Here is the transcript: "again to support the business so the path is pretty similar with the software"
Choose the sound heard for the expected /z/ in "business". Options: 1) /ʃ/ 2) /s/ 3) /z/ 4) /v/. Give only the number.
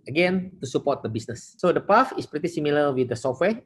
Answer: 2